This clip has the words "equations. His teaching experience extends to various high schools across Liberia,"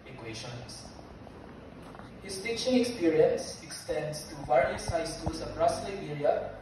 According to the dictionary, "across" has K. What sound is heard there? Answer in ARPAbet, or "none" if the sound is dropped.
none